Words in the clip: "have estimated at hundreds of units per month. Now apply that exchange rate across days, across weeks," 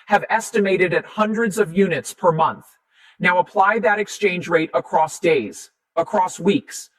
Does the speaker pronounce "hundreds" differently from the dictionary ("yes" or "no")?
no